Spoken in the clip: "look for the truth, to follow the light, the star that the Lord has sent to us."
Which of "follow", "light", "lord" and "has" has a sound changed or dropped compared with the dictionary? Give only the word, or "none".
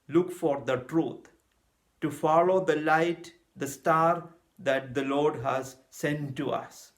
none